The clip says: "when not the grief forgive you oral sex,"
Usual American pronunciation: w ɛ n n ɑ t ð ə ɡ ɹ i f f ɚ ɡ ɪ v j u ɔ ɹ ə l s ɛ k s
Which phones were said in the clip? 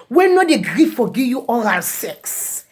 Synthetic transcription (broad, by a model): w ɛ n n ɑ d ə ɡ ɹ i f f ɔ ɡ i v j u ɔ l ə s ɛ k s